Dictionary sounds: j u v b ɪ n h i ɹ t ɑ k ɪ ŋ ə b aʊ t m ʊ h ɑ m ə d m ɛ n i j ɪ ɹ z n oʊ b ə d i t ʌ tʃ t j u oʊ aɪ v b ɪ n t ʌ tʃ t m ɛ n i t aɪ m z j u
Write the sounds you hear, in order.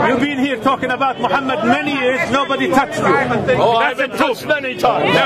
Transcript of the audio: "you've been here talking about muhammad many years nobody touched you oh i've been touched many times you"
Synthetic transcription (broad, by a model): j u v b ɪ n h i ɹ t ɑ k ɪ ŋ ə b aʊ t m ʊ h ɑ m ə d m ɛ n i j ɪ ɹ z n oʊ b ə d i t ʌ tʃ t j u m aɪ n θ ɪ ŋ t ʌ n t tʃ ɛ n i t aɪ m